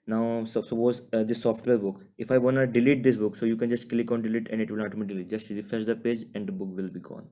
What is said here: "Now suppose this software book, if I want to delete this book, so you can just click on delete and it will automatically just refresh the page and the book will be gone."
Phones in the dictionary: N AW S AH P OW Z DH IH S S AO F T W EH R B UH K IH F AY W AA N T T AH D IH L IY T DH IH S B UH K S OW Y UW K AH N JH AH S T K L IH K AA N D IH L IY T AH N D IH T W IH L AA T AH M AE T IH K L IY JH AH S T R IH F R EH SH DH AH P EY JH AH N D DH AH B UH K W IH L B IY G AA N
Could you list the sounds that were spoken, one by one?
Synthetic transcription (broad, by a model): N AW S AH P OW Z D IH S S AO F T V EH R B UH K IH F AY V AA N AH D IH L IY T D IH S B UH K S OW Y UW K AH N JH AH S T K L IH K AA N D IH L IY T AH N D IH T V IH L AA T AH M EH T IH L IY JH AH S T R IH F EH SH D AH P EY JH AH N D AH B UH K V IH L B IY G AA N